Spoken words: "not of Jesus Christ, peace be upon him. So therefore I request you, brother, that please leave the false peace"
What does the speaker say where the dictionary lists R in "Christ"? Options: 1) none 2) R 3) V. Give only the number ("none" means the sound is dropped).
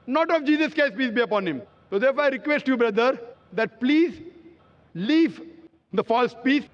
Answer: 1